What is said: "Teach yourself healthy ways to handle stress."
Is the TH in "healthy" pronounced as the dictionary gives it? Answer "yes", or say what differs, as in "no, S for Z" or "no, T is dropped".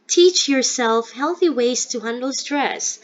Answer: yes